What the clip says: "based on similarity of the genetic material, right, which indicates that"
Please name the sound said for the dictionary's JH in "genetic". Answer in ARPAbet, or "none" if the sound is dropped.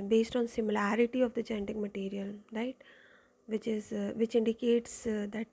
CH